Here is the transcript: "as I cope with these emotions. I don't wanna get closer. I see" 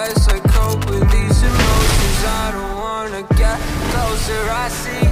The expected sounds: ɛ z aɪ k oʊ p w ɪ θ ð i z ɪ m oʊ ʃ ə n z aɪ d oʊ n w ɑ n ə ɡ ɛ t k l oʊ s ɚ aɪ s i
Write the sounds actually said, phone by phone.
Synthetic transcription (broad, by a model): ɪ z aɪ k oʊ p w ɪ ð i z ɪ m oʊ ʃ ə z aɪ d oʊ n w ɑ n ə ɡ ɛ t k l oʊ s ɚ aɪ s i